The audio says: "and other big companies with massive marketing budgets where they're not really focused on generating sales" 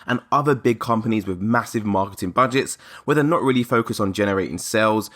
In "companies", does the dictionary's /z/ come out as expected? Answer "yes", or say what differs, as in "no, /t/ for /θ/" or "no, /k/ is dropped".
yes